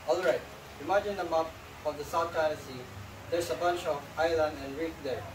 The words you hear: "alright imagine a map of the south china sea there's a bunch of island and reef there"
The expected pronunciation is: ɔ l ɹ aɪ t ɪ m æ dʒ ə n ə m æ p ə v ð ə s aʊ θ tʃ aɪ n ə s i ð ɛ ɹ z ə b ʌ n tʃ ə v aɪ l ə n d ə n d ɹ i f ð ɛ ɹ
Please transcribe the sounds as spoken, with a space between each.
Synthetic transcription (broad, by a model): ɔ l ɹ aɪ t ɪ m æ dʒ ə n ə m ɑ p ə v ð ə s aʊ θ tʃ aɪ ə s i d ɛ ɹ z ə b ʌ n tʃ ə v aɪ l ə n d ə n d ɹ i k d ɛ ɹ